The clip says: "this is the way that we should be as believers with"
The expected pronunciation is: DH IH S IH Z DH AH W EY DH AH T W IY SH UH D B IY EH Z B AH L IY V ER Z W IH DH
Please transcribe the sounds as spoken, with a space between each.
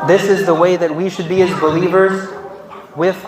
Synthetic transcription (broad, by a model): DH IH S IH Z DH AH W EY DH AH T W IY SH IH D B IY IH Z B AH L IY V ER Z W IH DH